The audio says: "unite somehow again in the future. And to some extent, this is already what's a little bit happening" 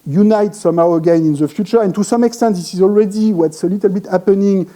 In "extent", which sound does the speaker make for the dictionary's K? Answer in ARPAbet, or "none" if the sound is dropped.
K